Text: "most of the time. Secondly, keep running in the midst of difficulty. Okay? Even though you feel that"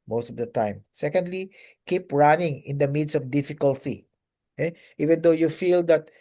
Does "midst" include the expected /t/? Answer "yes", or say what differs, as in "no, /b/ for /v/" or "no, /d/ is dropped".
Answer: no, /t/ is dropped